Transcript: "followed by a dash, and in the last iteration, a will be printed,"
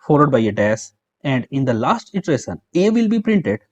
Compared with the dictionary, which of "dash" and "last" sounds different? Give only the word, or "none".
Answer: dash